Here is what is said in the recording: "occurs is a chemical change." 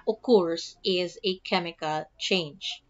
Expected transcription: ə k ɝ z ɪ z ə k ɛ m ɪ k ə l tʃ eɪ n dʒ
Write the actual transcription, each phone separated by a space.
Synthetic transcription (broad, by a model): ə k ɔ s ɪ z ə k ɛ m ɪ k ə l tʃ eɪ n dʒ